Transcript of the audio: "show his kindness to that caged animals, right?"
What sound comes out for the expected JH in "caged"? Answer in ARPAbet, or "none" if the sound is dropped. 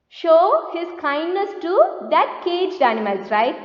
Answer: JH